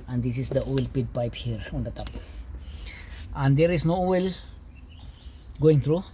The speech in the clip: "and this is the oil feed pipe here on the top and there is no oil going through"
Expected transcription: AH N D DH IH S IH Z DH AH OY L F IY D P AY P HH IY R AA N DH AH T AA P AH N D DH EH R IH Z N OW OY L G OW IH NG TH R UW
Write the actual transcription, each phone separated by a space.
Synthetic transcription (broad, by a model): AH N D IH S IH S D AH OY L P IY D P AY P HH IY R AA N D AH T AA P AH N D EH R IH S N OW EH L G OW IH NG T R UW